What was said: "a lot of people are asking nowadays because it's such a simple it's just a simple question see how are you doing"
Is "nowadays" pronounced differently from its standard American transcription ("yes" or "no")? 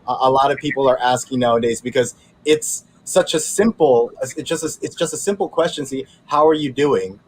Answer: no